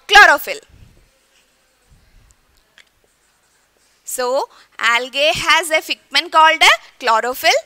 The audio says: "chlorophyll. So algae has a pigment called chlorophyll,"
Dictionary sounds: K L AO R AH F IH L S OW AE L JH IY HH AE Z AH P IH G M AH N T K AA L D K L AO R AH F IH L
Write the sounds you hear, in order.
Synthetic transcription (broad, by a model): K L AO R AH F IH L S OW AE L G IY HH AE Z AH F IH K M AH N K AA L D K L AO R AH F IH L